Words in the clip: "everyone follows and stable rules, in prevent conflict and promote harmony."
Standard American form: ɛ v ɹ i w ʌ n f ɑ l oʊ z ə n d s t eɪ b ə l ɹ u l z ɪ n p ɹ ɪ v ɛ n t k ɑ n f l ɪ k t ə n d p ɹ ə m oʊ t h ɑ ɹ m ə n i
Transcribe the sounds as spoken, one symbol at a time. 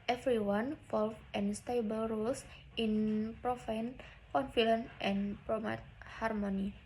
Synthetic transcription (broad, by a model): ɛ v ɹ i w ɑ n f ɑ l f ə n s t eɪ b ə l ɹ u l s ɪ n p ɹ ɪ f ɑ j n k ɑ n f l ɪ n t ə n p ɹ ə m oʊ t h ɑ ɹ m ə n i